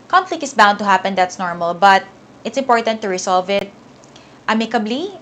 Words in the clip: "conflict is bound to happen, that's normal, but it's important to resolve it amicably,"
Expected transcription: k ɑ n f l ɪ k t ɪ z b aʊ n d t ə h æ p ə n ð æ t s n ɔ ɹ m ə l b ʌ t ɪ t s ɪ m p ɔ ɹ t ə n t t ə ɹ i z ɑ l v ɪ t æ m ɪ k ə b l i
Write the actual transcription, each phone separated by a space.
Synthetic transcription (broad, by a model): k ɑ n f l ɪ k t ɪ s b aʊ n d t ə h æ p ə n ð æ t s n ɔ ɹ m ə l b ʌ t ɪ t s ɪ m p ɔ ɹ t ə n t t ə ɹ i s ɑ l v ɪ t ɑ m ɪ k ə b l i